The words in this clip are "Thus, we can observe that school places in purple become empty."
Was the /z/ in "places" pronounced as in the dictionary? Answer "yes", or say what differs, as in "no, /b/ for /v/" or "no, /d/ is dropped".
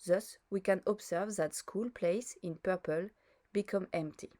no, /s/ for /z/